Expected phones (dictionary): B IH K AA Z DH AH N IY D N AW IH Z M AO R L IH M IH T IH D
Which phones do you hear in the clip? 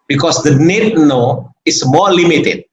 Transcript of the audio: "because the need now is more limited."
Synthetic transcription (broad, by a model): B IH K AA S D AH N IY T N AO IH S M AO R L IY M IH T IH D